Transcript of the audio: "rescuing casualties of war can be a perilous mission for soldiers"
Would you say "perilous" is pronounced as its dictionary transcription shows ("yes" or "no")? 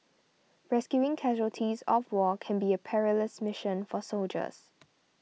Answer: yes